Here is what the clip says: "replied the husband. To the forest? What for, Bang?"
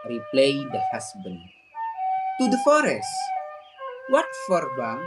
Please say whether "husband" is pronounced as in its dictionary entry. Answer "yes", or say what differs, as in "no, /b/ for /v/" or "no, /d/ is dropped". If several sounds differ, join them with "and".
no, /s/ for /z/